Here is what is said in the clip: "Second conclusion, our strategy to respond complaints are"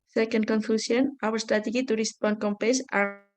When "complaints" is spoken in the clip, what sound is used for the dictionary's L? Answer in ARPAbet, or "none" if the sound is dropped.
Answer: none